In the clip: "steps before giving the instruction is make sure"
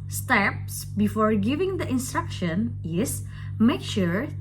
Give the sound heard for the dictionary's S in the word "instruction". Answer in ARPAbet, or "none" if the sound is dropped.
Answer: S